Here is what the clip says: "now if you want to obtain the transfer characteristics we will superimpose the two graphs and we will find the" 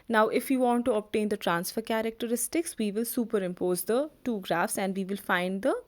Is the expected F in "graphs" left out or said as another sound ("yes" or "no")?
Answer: no